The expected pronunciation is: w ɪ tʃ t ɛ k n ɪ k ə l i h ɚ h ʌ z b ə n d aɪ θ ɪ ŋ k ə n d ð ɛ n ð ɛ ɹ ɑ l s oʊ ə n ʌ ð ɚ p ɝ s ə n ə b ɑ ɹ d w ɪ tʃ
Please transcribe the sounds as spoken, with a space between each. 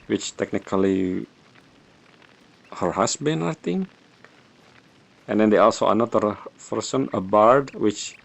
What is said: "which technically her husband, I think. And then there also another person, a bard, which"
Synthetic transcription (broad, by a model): w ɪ tʃ t ɛ k n ɪ k ə l i h ɚ h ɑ s b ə n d aɪ t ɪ ŋ ə n d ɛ n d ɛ ɑ l s oʊ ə n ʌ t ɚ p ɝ s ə n ə b ɑ ɹ d w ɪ tʃ